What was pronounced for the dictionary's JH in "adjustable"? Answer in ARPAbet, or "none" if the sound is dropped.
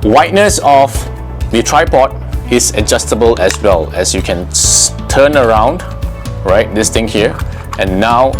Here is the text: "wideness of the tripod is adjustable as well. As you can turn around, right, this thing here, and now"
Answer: JH